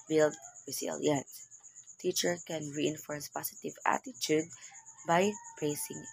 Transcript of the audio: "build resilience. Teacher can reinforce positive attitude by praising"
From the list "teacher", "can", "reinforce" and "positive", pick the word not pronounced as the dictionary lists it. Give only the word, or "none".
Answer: positive